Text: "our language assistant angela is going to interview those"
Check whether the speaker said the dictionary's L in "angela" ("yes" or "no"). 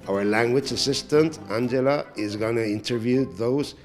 yes